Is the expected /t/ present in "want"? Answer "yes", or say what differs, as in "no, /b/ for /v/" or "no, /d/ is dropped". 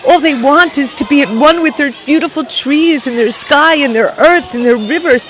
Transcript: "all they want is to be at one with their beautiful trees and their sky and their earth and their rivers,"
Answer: yes